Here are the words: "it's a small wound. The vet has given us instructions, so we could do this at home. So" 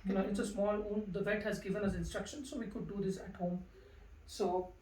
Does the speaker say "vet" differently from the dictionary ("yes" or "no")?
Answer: no